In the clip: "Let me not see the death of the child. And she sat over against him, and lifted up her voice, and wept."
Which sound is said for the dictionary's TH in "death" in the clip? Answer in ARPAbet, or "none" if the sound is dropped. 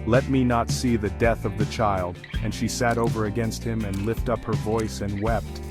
TH